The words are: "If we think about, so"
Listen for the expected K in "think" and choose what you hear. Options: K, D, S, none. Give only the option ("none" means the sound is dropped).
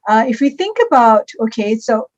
K